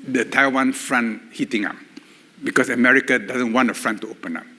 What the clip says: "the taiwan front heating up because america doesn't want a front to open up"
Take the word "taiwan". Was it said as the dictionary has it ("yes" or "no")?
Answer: yes